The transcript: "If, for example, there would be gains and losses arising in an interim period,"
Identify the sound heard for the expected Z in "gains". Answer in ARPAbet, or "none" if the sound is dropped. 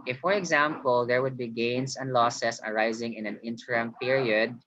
S